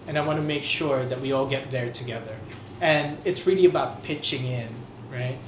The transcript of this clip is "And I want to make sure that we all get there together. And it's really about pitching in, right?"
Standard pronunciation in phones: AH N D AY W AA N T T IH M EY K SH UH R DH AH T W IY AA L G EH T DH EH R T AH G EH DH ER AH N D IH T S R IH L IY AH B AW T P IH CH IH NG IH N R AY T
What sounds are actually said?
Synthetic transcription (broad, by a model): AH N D AY W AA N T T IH M EY K SH UH R DH AH T W IY AA L G EH T DH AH R T AH G EH DH ER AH N IH T S R IH L IY AH B AW T P IH CH IH NG IH N R AY T